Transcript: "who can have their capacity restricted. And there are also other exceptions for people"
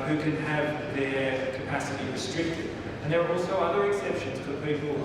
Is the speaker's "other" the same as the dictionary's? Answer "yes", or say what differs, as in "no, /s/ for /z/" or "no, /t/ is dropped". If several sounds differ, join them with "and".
yes